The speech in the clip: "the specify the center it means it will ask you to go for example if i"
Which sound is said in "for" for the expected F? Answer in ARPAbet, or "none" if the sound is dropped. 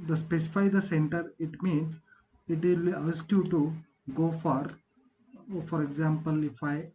F